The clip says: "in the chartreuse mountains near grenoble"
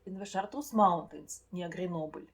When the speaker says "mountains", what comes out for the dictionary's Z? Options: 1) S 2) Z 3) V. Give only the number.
1